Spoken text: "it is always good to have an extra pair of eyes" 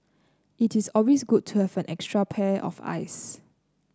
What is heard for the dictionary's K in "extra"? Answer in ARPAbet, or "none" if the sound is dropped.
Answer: K